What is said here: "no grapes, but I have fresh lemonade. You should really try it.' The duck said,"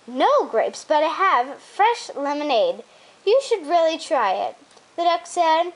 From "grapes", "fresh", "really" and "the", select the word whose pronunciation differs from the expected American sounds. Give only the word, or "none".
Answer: none